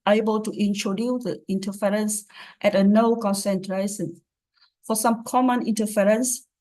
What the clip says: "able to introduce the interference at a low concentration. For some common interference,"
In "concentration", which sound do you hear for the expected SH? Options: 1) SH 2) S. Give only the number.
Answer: 2